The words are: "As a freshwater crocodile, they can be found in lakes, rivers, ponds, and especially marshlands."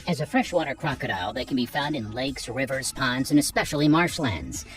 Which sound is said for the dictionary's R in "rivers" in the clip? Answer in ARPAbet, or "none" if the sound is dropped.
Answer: R